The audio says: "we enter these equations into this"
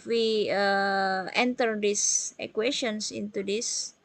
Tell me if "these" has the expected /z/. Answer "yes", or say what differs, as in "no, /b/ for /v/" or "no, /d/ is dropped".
no, /s/ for /z/